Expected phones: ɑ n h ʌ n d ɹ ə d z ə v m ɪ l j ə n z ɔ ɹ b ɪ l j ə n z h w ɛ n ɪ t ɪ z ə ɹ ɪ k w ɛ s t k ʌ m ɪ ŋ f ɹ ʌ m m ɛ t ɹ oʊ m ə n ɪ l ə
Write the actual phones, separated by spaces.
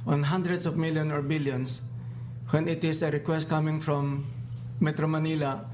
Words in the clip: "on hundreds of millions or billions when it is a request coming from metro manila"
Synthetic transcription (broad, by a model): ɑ n h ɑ n d ɹ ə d s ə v m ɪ l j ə n ɔ ɹ b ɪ l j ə n s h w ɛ n ɪ t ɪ s ə ɹ ɪ k w ɛ s t k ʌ m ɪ ŋ f ɹ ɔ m m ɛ t ɹ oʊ m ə n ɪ l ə